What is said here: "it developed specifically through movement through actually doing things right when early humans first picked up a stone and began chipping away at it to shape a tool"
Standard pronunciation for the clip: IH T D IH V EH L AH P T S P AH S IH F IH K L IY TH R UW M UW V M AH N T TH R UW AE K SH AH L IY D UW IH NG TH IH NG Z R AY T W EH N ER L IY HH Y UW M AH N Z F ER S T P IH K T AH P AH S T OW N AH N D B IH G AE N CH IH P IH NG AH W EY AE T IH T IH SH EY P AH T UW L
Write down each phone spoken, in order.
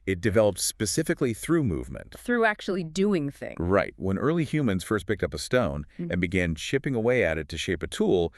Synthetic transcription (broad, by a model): IH T D IH V EH L AH P T S P AH S IH F IH K L IY TH R UW M UW V M AH N T TH R UW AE K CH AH L IY D UW IH NG TH IH NG R AY T W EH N ER L IY HH Y UW M AH N Z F ER S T P IH K T AH P AH S T OW N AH N B IH G AE N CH IH P IH NG AH W EY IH T IH T IH SH EY P AH T UW L